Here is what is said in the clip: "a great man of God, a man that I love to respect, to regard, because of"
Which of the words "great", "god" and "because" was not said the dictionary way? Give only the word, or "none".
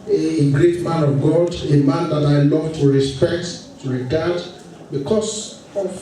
because